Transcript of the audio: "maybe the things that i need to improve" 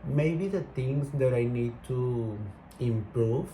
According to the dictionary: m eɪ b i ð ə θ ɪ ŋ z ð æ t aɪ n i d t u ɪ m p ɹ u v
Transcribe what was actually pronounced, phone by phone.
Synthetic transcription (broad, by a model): m eɪ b i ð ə t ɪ ŋ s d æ t aɪ n i d t u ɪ m p ɹ u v